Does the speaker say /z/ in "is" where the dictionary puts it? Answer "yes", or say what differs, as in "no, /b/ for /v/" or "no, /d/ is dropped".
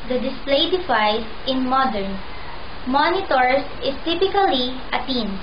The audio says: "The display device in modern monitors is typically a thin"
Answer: no, /s/ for /z/